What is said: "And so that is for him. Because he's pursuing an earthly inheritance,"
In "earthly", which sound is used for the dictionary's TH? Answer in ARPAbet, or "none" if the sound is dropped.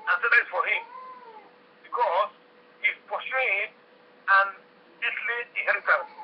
S